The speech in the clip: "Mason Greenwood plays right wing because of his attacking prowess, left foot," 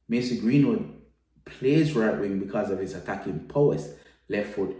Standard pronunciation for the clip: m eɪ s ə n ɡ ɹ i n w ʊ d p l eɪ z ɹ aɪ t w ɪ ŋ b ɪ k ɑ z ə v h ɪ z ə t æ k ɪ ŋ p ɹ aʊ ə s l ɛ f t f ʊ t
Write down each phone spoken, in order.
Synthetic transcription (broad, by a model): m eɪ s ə ɡ ɹ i n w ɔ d p l eɪ z ɹ aɪ t w ɪ ŋ b ɪ k ɑ z ə v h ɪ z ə t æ k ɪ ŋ p ɔ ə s l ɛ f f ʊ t